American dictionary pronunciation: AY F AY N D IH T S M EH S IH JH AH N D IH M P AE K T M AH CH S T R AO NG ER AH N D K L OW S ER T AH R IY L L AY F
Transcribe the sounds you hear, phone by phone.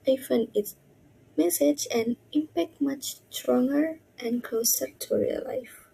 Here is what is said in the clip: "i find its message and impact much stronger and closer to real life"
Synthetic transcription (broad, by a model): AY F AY N IH T S M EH S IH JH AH N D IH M P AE K T M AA CH T R AO NG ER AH N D K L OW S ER T AH R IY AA L AY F